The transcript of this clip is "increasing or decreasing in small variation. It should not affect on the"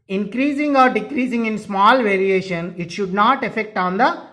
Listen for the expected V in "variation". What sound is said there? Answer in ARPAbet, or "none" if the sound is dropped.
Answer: V